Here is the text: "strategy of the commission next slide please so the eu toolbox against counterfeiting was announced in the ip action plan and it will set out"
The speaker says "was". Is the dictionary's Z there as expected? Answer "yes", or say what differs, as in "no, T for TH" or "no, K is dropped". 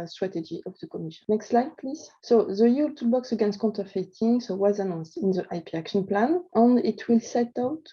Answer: yes